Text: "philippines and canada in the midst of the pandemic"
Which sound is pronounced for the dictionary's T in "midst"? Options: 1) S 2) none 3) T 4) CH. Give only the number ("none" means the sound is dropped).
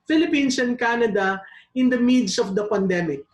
2